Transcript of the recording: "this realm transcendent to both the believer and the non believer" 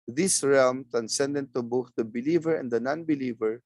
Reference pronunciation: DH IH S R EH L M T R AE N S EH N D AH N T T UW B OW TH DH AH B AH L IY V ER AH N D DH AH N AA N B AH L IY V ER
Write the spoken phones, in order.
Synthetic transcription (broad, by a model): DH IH S R EH L M T R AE N S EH N D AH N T T UW B OW TH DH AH B AH L IY V ER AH N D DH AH N AA N B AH L IY V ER